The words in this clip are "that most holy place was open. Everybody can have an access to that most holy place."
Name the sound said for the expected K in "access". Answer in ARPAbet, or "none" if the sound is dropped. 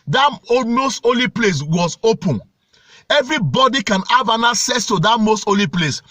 none